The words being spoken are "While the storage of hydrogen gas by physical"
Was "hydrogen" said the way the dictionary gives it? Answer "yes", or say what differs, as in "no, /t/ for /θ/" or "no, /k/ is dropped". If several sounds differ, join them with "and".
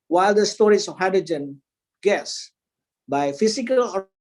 no, /ɹ/ is dropped